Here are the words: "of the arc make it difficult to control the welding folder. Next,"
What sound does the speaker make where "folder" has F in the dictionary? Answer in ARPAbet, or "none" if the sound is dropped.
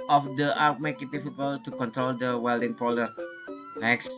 P